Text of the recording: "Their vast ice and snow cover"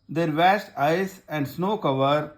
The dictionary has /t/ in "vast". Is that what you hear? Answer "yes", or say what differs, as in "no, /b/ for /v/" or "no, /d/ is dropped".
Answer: yes